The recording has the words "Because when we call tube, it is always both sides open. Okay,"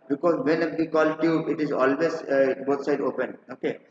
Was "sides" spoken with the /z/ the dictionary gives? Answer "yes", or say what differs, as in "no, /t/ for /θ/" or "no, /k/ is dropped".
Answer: no, /z/ is dropped